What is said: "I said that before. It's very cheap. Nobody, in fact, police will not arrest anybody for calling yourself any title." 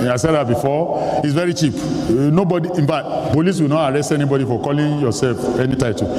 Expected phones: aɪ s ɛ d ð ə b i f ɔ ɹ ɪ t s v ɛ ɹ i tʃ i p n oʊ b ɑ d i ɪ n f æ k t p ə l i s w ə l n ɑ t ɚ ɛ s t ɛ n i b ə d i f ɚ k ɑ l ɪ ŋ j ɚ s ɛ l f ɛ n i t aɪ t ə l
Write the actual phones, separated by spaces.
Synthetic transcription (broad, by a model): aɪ s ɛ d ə b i f ɔ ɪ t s v ɛ ɹ i tʃ i p n oʊ b ɑ d i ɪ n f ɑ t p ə l i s w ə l n ɑ t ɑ ɛ s t ɛ n i b ə d i f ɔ k ɑ l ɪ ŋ j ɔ s ɛ l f ɛ n i t aɪ t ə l